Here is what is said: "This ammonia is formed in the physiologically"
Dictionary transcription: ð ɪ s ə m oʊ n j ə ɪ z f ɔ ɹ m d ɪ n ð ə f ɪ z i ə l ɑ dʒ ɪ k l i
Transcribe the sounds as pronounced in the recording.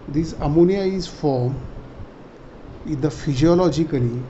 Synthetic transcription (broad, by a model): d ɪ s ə m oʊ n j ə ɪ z f ɔ ɹ m ɪ n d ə f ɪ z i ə l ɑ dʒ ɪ k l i